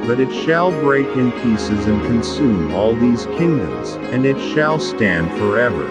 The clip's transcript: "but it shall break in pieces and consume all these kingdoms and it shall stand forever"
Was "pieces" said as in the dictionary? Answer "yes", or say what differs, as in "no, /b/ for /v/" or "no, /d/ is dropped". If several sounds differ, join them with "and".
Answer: yes